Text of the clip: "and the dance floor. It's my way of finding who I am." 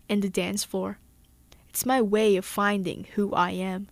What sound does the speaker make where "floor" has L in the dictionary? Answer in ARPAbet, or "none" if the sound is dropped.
none